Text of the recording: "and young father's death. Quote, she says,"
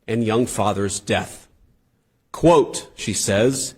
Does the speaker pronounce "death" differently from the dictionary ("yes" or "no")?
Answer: no